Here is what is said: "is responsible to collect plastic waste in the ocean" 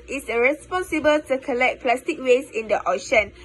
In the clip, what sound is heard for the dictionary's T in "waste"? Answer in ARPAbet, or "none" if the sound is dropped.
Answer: none